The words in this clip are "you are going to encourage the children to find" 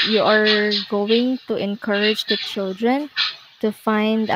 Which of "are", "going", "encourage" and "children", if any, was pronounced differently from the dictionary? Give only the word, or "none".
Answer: none